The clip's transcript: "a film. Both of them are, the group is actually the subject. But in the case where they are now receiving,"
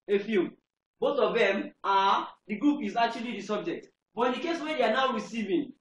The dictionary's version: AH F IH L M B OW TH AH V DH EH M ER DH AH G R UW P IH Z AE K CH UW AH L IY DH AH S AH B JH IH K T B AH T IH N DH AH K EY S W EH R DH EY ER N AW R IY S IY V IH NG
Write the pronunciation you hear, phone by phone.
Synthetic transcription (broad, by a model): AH F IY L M B OW TH AH V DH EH M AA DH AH G R UW P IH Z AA K CH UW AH L IY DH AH S AH B JH IH K T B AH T IH N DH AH K EY S W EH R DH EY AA N AW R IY S IY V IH